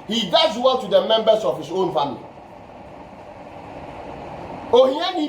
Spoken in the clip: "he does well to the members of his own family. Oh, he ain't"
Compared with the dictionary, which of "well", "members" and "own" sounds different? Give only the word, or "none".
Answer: members